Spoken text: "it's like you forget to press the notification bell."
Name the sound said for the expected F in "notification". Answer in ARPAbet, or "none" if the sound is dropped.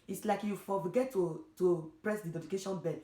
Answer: none